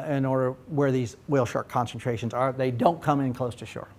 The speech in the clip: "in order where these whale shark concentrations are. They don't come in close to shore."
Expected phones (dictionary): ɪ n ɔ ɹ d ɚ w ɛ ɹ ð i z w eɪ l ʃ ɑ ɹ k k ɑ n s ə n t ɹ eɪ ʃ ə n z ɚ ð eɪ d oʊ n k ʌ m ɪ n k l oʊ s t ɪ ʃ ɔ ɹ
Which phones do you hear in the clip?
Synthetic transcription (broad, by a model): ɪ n ɔ ɹ d ɚ w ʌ ɹ ð i z w eɪ l ʃ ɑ ɹ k k ɑ n s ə n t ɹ eɪ ʃ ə n z ɚ ð eɪ d oʊ n k ʌ m ɪ n k l oʊ s t ɪ ʃ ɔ ɹ